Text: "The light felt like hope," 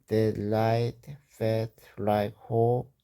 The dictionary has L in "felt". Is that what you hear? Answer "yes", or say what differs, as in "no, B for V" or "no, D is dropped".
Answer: no, L is dropped